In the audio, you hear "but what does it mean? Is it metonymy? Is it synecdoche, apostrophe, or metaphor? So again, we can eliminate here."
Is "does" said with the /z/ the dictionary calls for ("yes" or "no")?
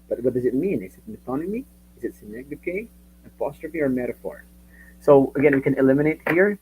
yes